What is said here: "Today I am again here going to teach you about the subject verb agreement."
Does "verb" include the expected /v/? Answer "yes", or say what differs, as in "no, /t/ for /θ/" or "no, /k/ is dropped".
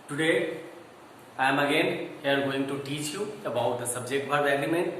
no, /b/ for /v/